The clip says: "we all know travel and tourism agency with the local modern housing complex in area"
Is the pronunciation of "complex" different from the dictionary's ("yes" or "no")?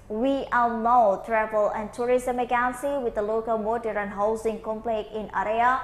yes